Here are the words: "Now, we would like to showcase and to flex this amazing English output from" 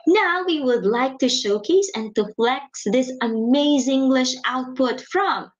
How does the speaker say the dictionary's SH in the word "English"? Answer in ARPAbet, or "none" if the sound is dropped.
SH